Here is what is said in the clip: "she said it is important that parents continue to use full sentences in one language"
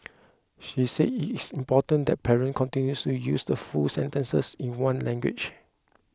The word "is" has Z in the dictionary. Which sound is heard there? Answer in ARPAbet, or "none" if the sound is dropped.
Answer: S